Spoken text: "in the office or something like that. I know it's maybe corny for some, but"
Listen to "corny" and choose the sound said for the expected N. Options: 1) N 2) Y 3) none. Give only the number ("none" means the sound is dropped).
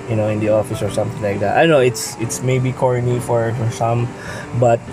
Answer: 1